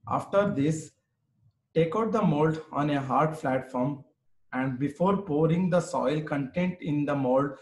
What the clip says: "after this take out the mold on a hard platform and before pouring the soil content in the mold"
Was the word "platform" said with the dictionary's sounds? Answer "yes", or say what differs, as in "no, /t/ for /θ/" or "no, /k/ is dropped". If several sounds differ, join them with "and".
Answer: no, /f/ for /p/